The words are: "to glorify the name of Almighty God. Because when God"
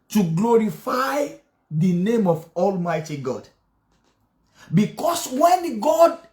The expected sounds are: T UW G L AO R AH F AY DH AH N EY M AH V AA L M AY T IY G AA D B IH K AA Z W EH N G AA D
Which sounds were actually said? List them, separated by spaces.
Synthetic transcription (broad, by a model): T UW G L AO R AH F AY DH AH N EY M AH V AA L M AY T IY G AA D B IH K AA S W EH N G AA D